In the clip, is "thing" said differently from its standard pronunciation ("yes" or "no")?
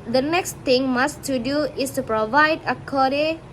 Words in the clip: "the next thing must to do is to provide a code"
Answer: yes